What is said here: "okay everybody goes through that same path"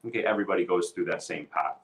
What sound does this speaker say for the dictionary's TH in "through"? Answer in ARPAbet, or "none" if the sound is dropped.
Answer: TH